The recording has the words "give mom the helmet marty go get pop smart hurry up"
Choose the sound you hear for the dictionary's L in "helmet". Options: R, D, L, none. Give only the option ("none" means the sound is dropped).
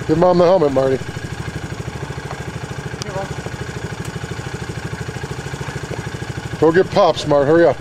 none